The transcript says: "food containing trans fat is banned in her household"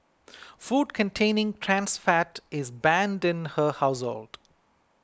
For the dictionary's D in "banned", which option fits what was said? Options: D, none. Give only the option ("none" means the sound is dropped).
D